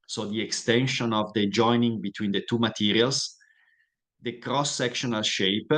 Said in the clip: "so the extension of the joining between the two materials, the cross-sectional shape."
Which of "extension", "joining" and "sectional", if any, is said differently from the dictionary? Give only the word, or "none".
none